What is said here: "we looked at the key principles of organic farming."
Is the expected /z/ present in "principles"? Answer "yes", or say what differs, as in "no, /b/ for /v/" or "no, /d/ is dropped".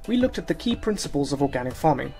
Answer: yes